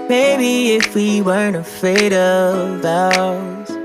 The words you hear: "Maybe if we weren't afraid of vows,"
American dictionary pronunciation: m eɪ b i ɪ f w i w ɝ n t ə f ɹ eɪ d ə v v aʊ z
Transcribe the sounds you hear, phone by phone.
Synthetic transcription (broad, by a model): m eɪ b i ɪ f w i w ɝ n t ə f eɪ d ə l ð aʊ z